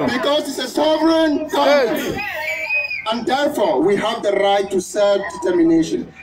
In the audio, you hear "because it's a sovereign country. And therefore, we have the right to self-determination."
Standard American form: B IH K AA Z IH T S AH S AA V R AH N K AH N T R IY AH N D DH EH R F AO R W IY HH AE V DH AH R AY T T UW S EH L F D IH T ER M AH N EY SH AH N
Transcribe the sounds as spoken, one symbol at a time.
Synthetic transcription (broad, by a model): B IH K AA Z IH T S AH S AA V AH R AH N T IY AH N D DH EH R F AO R W IY HH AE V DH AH R AY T T UW S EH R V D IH T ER M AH N EY SH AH N